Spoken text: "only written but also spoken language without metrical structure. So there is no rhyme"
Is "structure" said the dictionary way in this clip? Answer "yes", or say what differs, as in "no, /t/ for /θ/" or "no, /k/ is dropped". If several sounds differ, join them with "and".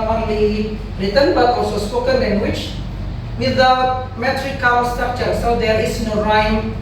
no, /ɹ/ is dropped